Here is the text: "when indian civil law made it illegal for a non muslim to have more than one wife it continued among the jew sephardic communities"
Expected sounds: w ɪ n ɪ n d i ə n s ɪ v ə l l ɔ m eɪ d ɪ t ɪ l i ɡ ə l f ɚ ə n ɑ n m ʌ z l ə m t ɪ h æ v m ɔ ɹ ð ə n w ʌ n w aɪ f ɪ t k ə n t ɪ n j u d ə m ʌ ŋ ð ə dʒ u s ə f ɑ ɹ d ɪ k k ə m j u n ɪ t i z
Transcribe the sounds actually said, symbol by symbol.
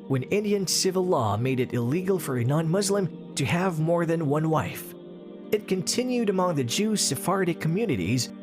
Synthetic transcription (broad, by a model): w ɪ n ɪ n d i ə n s ɪ v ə l l ɔ m eɪ d ɪ t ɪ l i ɡ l f ɚ ə n ɑ n m ʌ z l ə m t ɪ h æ v m ɔ ɹ ð ə n w ʌ n w aɪ f ɪ t k ə n t ɪ n j u d ə m ʌ ŋ ð ə dʒ u s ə f ɑ ɹ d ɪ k k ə m j u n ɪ t i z